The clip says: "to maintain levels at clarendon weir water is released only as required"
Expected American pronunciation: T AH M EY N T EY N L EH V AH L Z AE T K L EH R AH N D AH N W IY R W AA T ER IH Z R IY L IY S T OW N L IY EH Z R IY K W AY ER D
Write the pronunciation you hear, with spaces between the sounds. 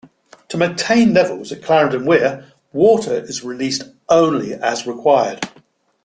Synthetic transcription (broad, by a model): T AH M EY N T EY N L EH V AH L Z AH T K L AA R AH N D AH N W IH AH W AA T ER IH Z R IY L IY S T OW N L IY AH Z R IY K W AY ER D